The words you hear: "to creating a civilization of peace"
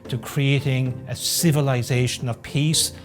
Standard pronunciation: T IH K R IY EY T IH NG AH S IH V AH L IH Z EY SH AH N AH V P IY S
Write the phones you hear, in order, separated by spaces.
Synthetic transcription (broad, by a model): T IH K R IY EY T IH NG AH S IH V AH L IH Z EY SH AH N AH V P IY S